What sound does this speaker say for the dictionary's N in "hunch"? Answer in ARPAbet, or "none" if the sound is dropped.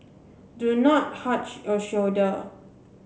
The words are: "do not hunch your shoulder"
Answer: none